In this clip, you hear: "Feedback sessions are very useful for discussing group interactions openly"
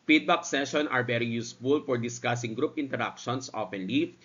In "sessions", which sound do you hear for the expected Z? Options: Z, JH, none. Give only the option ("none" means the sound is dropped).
none